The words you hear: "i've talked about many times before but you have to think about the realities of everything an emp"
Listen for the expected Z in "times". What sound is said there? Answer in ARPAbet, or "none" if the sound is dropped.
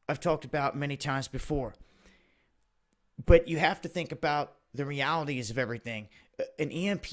Z